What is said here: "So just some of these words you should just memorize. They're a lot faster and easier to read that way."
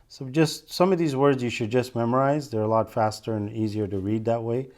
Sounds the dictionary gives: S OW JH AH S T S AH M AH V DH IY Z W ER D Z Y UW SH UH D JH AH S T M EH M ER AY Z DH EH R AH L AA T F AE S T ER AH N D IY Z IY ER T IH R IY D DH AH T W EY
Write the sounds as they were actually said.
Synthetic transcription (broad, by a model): S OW JH AH S T S AH M AH V DH IY Z W ER D Z Y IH SH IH D JH AH S T M EH M ER AY Z DH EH R AH L AA T F AE S T ER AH N IY Z IY ER T IH R IY D DH AH T W EY